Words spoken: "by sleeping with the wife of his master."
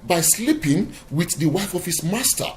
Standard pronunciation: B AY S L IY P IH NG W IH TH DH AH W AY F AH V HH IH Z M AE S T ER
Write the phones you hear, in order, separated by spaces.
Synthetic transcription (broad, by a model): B AY S L IY P IH NG W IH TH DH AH W AY F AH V HH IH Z M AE S T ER